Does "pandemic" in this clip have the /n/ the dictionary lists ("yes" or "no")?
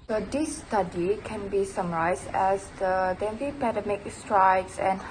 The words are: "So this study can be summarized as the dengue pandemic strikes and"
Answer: no